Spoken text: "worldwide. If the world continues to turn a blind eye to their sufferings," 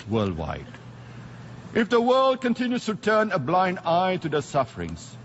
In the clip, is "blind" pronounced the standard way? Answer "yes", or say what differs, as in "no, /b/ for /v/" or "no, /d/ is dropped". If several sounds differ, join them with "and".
yes